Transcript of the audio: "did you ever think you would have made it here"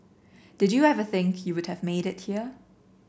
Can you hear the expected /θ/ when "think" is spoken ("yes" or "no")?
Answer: yes